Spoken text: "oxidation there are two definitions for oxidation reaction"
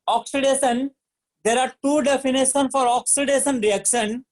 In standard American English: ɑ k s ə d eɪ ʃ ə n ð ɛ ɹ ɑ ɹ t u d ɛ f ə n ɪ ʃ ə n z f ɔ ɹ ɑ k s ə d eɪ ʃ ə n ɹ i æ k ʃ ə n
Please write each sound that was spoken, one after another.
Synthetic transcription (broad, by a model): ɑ k s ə d eɪ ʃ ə n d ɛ ɹ ɑ ɹ t u d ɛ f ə n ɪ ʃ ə n f ɔ ɹ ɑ k s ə d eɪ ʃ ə n ɹ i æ k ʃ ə n